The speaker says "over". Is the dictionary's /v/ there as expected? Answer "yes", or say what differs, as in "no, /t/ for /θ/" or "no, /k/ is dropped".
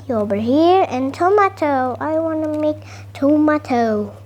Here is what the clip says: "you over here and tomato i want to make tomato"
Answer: no, /b/ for /v/